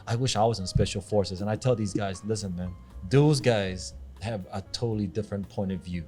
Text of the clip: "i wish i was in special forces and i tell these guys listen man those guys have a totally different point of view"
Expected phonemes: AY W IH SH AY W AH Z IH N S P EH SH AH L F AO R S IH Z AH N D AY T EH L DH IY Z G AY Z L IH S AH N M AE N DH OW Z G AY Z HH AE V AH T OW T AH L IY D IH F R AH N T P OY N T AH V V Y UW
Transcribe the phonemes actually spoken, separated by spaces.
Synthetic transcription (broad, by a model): AY W IH SH AY W AH Z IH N S P EH SH L F AO R S IH Z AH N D AY T EH L DH IY Z G AY Z L IH S AH N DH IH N DH OW Z G AY Z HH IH V AH T OW T L IY D IH F R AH N P OY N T AH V V Y UW